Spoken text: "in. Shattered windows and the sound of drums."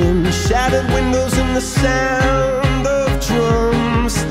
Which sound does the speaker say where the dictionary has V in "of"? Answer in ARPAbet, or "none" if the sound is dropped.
V